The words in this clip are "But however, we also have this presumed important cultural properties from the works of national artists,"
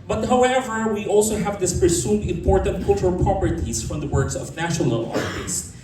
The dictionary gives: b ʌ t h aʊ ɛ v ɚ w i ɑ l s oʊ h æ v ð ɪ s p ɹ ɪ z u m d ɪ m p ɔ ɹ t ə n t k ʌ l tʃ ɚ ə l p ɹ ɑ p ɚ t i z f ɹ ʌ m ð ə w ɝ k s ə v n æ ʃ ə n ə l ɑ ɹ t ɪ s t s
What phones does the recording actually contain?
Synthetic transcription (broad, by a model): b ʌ t h aʊ ɛ v ɚ w i ɑ l s oʊ h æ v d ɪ s p ɹ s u d ɪ m p ɔ ɹ t ə n t k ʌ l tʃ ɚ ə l p ɹ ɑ p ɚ t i s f ɹ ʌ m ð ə w ɝ k s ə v n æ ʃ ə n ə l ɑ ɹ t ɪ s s